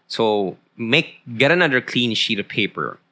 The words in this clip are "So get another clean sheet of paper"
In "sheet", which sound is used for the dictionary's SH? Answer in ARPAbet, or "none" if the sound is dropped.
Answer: SH